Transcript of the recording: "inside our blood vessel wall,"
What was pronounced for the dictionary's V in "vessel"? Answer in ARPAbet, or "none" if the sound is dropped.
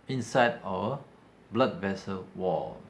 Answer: V